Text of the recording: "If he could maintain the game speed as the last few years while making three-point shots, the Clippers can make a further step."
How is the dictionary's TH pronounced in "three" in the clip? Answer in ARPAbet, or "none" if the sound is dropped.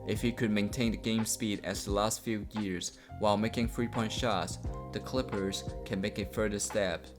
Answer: F